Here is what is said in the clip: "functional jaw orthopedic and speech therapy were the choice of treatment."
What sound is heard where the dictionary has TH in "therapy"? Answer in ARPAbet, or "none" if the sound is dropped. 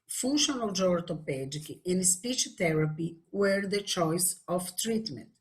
T